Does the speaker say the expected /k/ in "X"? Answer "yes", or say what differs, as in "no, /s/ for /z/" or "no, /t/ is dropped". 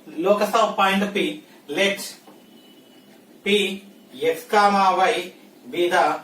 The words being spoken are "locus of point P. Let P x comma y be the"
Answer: no, /k/ is dropped